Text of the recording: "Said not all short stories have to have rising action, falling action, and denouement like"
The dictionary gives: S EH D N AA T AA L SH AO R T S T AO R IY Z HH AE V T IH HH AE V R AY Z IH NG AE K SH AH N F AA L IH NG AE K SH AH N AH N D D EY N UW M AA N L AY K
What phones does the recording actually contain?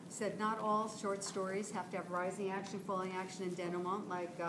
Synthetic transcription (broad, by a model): S EH D N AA T AA L SH AO R T S T AO R IY Z HH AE F T IH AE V R AY Z IH NG AE K SH AH N F AA L IH NG AE K SH AH N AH N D D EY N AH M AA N L AY K